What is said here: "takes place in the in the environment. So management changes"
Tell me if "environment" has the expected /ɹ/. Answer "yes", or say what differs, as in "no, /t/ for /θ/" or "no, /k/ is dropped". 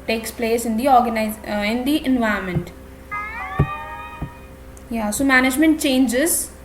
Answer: no, /ɹ/ is dropped